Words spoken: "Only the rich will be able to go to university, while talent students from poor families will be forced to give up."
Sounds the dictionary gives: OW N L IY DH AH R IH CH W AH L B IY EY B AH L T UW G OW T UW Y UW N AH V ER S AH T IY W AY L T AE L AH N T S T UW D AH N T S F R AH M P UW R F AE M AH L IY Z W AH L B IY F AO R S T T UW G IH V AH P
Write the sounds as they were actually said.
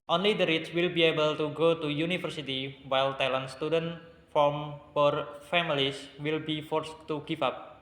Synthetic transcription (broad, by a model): OW N L IY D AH R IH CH W AH L B IY EY B AH L T UW G OW T UW Y UW N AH F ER S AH T IY W AY L T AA L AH N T S T UW D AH N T F R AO M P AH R F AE M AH L IY S W AH L B IY F AO R S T T UW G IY F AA P